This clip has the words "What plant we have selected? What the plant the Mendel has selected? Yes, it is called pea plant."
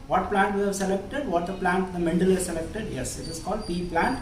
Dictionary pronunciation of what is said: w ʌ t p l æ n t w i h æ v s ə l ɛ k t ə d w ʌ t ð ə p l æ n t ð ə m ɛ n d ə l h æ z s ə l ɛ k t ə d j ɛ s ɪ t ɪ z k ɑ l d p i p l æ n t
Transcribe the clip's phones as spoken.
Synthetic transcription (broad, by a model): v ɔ t p l æ n t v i h æ v s ə l ɛ k t ə d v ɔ t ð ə p l æ n t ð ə m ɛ n d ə l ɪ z s ə l ɛ k t ə d j ɛ s ɪ t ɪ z k ɑ l d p i p l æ n t